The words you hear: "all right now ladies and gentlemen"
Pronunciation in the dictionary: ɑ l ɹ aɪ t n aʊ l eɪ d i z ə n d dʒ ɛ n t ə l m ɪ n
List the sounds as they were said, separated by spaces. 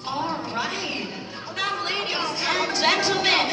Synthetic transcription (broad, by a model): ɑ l ɹ aɪ t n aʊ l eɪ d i ə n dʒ ɛ n t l m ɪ n